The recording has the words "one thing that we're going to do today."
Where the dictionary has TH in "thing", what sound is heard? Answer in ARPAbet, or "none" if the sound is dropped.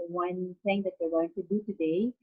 S